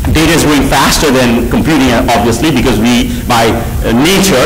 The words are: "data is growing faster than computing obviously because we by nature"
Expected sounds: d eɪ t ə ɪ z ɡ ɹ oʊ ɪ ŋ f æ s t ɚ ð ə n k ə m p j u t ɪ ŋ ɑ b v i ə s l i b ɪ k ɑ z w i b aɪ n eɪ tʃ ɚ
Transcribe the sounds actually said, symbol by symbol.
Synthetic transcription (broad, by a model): d eɪ t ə ɪ z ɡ oʊ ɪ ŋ f æ s t ɚ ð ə n k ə m p j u t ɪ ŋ ɑ b v i ə s l i b ɪ k ɑ z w i b aɪ n eɪ tʃ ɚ